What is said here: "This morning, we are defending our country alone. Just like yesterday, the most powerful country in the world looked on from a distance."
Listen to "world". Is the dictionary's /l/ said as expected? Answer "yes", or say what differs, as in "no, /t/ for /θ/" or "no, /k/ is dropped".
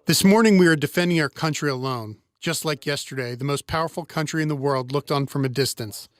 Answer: yes